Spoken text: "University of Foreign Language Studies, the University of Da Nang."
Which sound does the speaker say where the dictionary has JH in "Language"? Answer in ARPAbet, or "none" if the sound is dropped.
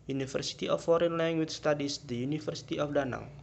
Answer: CH